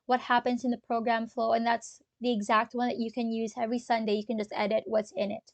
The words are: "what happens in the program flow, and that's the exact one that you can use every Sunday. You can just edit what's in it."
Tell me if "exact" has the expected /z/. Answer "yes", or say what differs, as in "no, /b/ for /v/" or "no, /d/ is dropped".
yes